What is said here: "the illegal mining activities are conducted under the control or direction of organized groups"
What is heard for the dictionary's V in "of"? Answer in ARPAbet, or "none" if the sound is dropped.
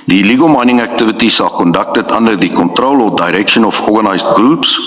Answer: F